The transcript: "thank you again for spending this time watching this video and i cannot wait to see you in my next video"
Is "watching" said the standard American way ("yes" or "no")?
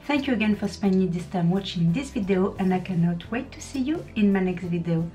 yes